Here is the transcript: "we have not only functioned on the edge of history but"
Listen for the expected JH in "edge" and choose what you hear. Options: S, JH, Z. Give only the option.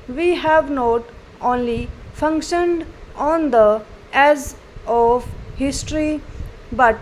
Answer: Z